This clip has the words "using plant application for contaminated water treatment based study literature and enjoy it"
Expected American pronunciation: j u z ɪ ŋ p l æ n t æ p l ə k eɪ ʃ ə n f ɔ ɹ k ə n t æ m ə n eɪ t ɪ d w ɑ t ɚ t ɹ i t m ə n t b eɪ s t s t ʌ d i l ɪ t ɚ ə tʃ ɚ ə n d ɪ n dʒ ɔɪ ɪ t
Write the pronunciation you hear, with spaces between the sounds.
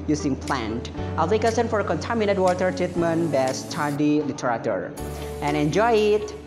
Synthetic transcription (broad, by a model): j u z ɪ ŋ p l æ n t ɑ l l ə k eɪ s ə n f ɔ ɹ k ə n t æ m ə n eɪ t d w ɑ t ɚ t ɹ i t m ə n b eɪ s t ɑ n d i l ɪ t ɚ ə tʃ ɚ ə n ɪ n dʒ ɔɪ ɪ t